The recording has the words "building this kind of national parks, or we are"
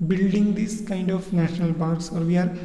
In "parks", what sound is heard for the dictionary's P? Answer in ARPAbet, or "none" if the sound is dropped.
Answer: B